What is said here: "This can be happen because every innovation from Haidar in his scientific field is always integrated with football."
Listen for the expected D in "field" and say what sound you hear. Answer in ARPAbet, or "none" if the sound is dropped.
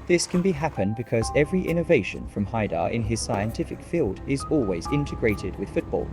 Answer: D